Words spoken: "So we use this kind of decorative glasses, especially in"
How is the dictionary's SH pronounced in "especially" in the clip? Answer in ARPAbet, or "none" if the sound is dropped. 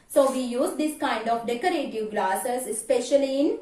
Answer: SH